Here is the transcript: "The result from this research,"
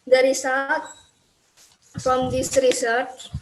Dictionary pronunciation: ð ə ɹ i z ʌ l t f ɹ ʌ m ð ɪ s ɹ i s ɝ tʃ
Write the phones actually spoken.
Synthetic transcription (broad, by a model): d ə ɹ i s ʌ t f ɹ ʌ m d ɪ s ɹ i s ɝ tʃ